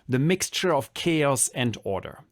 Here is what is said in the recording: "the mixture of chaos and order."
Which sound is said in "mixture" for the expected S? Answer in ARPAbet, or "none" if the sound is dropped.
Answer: S